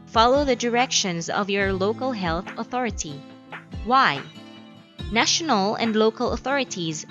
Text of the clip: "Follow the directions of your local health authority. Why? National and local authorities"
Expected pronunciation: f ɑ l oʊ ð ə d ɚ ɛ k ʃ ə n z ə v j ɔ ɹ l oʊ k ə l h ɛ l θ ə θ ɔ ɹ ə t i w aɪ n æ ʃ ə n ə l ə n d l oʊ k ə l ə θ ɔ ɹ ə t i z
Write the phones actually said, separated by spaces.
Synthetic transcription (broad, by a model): f ɑ l oʊ ð ə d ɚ ɛ k ʃ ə n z ə v j ɔ ɹ l oʊ k ə l h ɛ l θ ə θ ɔ ɹ ə t i w aɪ n æ ʃ ə n ə l ə n d l oʊ k ə l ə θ ɔ ɹ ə t i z